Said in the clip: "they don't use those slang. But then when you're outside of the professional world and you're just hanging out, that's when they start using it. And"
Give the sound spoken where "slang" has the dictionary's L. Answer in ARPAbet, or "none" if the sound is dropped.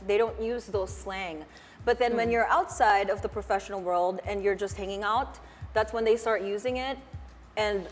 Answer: L